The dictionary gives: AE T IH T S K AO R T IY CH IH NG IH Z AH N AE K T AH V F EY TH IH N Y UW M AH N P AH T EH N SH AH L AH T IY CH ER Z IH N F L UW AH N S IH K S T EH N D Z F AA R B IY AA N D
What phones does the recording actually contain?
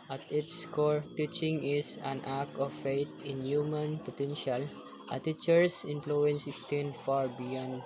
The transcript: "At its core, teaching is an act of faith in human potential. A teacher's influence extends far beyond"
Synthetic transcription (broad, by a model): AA T IH T S K AO R T IY CH IH NG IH S AH N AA K AH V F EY T IH N Y UW M AH N P AH T EH N SH AH L AH T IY CH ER S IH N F L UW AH N S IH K S T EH N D F AA R B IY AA N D